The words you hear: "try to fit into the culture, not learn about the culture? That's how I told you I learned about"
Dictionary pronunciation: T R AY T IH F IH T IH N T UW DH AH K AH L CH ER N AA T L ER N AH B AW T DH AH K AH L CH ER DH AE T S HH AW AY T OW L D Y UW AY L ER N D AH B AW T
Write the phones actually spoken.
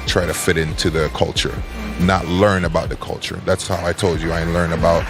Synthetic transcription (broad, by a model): T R AY T IH F IH T IH N T UW DH AH K AH L CH ER N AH T L ER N AH B AW T DH AH K AH L CH ER DH AE T S HH AW AY T OW L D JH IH AY L ER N AH B AW T